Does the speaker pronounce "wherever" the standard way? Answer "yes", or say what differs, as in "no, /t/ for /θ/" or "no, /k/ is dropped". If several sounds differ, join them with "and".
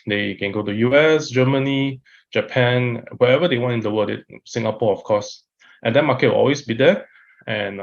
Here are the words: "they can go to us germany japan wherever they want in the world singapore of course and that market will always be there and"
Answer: no, /ɹ/ is dropped